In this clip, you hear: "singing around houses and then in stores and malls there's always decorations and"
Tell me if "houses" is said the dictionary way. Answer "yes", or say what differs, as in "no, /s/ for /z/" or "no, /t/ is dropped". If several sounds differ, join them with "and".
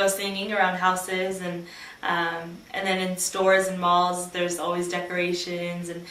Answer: yes